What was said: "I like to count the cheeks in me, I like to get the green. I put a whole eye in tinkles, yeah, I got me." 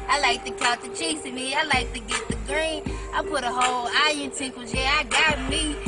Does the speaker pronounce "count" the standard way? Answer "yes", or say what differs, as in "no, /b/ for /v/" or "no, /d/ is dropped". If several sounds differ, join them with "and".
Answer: no, /n/ is dropped